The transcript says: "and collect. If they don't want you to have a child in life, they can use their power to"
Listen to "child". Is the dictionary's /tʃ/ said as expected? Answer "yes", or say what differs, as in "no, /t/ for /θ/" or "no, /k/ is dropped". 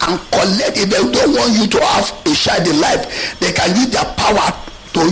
no, /ʃ/ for /tʃ/